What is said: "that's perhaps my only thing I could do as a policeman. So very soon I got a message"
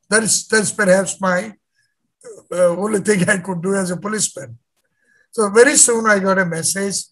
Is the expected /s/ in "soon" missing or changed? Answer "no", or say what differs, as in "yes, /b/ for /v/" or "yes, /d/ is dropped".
no